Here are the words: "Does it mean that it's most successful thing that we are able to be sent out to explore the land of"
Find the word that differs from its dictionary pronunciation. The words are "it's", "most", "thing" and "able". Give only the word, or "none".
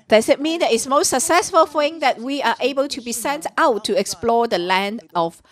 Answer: thing